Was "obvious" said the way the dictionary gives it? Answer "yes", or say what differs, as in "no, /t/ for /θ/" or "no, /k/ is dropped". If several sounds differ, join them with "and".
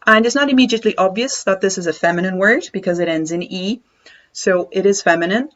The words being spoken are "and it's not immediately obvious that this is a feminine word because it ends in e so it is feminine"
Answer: yes